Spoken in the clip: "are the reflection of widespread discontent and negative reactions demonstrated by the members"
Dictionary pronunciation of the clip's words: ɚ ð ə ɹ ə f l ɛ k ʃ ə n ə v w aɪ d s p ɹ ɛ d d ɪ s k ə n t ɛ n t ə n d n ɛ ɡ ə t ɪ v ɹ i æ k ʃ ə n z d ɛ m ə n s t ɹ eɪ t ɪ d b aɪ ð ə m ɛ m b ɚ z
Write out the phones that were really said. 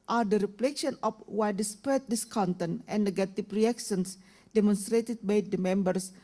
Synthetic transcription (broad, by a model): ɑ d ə ɹ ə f l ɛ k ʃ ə n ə f w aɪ d s p ɛ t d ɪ s k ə n t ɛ n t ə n n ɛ ɡ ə t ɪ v ɹ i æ k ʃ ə n s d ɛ m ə n s t ɹ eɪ t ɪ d b aɪ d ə m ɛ m b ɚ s